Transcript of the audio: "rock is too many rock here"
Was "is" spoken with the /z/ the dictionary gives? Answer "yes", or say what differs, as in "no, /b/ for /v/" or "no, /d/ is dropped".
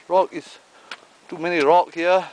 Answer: no, /s/ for /z/